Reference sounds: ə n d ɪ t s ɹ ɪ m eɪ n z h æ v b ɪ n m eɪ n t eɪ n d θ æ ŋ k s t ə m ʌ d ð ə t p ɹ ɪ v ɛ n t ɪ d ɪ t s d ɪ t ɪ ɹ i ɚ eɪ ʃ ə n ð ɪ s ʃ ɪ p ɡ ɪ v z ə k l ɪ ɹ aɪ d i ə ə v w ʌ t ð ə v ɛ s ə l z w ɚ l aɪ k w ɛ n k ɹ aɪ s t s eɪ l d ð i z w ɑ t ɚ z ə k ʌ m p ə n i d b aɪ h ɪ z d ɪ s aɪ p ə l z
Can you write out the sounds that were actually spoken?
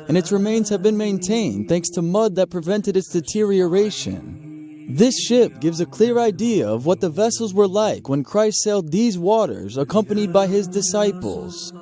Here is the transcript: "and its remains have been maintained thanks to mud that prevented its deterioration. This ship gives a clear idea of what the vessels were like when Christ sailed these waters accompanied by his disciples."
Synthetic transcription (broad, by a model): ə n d ɪ t s ɹ ɪ m eɪ n z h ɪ v b ɪ n m eɪ n t eɪ n d θ æ ŋ k s t ə m ʌ d ð ə t p ɹ ɪ v ɛ n t ɪ d ɪ t s d ɪ t ɪ ɹ i ɚ eɪ ʃ ə n ð ɪ s ʃ ɪ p ɡ ɪ v z ə k l ɪ ɹ aɪ d i ə ə v w ʌ t ð ə v ɛ s l z w ɚ l aɪ k w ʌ n k ɹ aɪ s t s eɪ l d ð i z w ɑ t ɚ z ə k ʌ m p ə n i d b aɪ ɪ z d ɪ s aɪ p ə l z